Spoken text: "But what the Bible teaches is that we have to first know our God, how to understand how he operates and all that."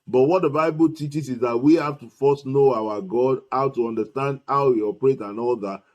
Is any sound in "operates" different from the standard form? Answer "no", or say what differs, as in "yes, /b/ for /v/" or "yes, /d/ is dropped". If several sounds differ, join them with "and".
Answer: yes, /s/ is dropped